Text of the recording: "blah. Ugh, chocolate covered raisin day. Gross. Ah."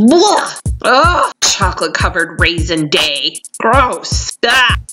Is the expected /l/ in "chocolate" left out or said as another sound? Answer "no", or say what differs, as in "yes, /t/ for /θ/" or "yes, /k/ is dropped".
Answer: no